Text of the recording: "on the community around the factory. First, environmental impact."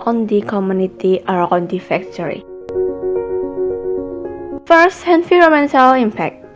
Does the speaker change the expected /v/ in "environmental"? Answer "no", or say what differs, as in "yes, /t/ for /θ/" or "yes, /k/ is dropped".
yes, /f/ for /v/